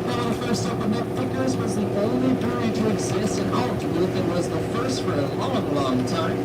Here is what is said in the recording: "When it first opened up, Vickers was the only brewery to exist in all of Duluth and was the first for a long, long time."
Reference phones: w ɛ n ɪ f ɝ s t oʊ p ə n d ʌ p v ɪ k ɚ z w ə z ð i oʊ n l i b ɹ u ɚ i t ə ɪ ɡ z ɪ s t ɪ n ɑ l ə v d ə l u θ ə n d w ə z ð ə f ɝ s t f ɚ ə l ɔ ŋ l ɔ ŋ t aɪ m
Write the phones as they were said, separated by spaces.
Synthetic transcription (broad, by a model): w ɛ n ɪ f ɝ s t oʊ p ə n ʌ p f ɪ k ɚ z w ə z ð i oʊ n l i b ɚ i t ə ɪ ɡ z ɪ s t ɪ n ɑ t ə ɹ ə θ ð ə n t w ə z ð ə f ɝ s t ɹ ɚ ə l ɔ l l ɔ ŋ t aɪ m